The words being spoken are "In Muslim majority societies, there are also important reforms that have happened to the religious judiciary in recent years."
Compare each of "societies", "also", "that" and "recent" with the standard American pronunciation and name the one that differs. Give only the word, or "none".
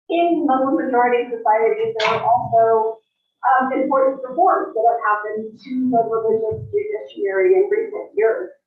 recent